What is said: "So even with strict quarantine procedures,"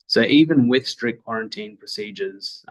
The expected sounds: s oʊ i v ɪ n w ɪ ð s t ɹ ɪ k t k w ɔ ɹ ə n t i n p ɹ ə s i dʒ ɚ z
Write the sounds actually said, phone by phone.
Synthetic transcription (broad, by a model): s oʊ i v ɪ n w ɪ ð s t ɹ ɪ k k w ɔ ɹ ə n t i n p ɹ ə s i dʒ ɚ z